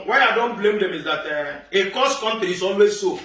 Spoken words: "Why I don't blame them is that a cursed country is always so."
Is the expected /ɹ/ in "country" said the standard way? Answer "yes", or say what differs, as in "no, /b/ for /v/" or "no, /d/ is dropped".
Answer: no, /ɹ/ is dropped